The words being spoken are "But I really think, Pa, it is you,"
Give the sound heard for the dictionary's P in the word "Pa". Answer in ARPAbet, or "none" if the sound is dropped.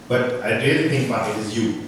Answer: B